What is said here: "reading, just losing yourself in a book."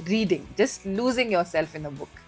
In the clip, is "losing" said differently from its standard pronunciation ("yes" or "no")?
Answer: no